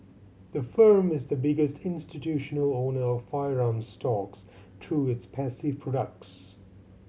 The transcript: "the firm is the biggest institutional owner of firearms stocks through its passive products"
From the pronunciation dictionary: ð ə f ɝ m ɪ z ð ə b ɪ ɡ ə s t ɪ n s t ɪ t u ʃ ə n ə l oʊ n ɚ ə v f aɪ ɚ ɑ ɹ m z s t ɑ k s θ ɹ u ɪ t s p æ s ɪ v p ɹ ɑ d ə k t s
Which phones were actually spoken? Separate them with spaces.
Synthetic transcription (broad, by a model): ð ə f ɝ m ɪ z ð ə b ɪ ɡ ə s t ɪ n s t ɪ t u ʃ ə n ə l oʊ n ɚ ə v f aɪ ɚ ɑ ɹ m s t ɑ k s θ ɹ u ɪ t s p æ s ɪ v p ɹ ɑ d ə k t s